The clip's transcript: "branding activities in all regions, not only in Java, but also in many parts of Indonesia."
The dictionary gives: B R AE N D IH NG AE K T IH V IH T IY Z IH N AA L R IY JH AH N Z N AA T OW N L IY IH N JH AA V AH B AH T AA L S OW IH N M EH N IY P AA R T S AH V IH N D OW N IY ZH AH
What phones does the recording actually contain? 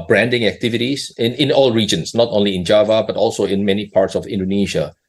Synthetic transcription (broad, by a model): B R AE N D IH NG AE K T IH V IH T IY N IH N AA L R IY JH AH N S N AA T OW N L IY IH N JH AA V AH B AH T AA L S OW IH N M EH N IY P AA R T S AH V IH N D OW N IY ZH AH